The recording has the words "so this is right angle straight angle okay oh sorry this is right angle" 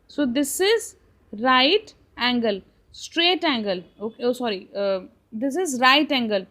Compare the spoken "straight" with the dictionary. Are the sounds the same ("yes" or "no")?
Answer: yes